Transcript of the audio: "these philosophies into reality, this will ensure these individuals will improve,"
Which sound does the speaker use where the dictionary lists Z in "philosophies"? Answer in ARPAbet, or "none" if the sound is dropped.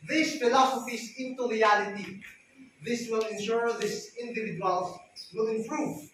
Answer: S